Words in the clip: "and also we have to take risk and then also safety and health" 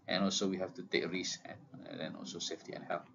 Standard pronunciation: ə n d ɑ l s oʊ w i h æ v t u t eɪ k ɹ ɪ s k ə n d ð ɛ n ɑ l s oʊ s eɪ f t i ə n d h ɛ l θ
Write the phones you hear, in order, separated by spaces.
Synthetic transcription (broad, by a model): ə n ɑ l s oʊ w i h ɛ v t u t eɪ k ɹ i s ə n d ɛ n ɑ l s oʊ s eɪ f t i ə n h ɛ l